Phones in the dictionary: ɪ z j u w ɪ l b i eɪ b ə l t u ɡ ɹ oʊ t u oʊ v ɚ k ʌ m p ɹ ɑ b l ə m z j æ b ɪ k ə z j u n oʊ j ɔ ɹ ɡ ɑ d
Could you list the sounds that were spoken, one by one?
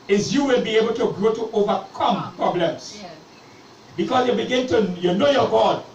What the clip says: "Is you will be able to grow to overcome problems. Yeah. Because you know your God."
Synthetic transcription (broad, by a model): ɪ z j u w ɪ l b i eɪ b ə l t u ɡ ɹ oʊ t u oʊ v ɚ k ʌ m p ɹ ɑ b l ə m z j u b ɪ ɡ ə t j u n oʊ j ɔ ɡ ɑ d